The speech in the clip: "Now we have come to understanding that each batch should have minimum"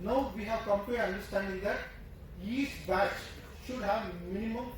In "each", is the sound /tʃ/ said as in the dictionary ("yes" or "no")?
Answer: no